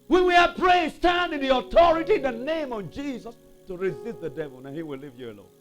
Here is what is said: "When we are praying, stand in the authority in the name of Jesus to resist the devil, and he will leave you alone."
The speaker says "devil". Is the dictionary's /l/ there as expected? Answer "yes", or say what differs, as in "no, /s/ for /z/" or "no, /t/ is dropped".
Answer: yes